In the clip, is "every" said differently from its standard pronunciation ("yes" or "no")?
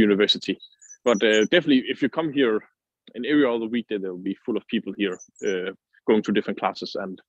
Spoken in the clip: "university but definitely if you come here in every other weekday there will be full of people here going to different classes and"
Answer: yes